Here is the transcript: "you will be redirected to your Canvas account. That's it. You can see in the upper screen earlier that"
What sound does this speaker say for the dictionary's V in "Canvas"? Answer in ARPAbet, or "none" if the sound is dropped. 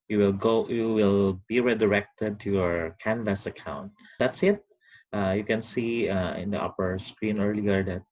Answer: V